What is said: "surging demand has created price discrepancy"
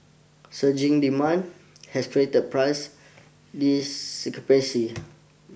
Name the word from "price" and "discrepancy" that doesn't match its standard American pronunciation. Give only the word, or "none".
discrepancy